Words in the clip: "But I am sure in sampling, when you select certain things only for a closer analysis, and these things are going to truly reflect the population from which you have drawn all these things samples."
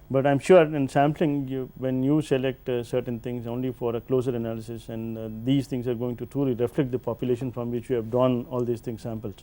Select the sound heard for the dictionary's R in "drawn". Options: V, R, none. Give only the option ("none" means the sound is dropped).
none